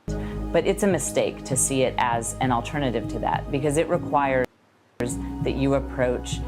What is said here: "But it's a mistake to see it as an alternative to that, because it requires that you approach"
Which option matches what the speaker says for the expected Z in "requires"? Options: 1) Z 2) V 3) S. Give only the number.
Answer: 1